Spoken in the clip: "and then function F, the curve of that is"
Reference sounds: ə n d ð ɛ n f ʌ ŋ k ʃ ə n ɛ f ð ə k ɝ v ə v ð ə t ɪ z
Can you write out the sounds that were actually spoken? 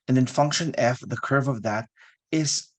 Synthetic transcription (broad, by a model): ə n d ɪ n f ʌ ŋ k ʃ ə n ɛ f ð ə k ɝ v ə v ð ə t ɪ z